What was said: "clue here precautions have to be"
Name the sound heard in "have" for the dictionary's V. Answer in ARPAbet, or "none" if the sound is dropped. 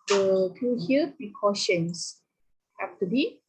F